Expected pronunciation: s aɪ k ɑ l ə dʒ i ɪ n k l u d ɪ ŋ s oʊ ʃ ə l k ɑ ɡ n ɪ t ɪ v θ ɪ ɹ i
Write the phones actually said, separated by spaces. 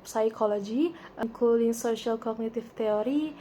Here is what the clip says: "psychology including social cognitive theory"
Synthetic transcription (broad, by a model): s aɪ k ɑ l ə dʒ i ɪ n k u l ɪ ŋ s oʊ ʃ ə l k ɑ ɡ n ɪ t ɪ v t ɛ ɹ i